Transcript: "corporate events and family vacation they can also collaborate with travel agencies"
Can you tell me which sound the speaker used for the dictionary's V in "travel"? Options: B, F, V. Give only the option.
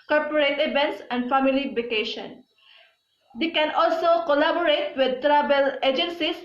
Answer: B